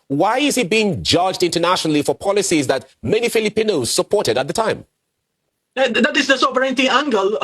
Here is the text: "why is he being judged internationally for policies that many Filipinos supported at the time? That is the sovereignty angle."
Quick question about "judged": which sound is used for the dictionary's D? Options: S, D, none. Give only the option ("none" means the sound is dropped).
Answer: D